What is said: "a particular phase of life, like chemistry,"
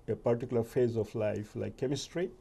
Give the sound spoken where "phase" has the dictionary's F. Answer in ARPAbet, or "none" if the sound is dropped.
F